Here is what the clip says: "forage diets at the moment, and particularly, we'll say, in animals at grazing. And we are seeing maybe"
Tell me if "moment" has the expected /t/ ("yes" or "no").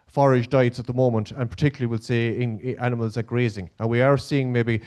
yes